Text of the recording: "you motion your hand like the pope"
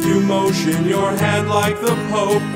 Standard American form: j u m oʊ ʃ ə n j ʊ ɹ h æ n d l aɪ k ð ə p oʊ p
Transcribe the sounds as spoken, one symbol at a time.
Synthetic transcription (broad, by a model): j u m oʊ ʃ ə n j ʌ ɹ h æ d l aɪ k ð ə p oʊ